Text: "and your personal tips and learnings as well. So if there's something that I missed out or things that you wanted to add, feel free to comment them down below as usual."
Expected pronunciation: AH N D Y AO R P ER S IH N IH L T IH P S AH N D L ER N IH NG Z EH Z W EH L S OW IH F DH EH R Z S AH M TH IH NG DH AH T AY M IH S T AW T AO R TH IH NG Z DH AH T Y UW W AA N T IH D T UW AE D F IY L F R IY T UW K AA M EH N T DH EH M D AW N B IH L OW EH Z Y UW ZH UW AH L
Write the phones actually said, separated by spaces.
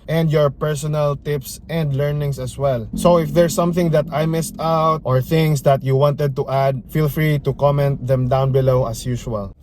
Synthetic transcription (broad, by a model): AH N D Y AO R P ER S IH N IH L T IH P S AH N D L ER N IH NG S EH S W EH L S OW IH F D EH R S AH M TH IH NG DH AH T AY M IH S T AW T AO R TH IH NG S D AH T Y UW W AA N T IH D T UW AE D F IY L F R IY T UW K AA M EH N T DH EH M D AW N B IH L OW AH S Y UW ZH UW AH L